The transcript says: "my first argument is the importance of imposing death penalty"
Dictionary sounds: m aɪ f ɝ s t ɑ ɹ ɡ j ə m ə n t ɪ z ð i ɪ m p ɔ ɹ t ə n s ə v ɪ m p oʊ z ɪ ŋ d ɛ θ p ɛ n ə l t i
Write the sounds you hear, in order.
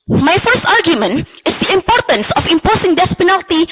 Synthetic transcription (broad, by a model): m aɪ f ɝ s t ɑ ɹ ɡ j ə m ə n t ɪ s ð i ɪ m p ɔ ɹ t ə n s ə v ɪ m p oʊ s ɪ ŋ d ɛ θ p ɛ n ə l t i